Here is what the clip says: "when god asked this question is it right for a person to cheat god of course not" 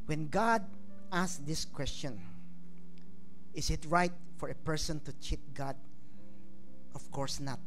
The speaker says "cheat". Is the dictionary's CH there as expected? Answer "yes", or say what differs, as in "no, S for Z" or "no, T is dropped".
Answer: yes